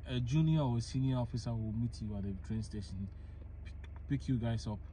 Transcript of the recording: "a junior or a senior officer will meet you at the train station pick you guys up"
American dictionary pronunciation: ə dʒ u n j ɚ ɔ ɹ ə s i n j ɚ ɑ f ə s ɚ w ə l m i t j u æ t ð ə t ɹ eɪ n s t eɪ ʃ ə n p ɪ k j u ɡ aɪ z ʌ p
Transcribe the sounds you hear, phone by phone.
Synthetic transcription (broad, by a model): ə dʒ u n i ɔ w ə s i n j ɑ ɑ f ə s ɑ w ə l m i t j u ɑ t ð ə t ɹ eɪ n s t eɪ ʃ ə n p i k j u ɡ aɪ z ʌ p